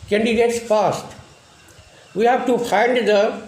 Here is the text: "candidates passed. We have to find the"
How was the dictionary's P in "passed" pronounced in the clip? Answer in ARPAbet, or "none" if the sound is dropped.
F